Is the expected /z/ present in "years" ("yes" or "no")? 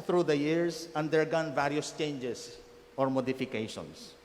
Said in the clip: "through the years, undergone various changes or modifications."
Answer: no